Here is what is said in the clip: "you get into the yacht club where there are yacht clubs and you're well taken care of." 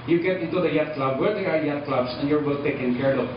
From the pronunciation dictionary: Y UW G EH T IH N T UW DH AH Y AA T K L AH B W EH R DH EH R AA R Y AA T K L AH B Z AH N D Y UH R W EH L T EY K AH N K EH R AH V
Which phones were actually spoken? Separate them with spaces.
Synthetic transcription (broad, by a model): Y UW G EH T IH N T UW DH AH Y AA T K L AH B W EH R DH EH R AA R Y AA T K L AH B S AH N Y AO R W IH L T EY K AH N K EH R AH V